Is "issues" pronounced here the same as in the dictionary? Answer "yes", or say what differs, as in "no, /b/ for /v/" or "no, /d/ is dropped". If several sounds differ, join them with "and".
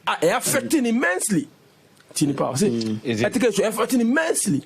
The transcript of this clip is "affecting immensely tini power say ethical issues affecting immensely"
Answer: no, /ʃ/ is dropped and /z/ is dropped